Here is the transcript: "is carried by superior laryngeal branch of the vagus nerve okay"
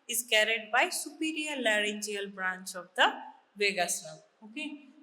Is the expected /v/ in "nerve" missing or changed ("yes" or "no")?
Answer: yes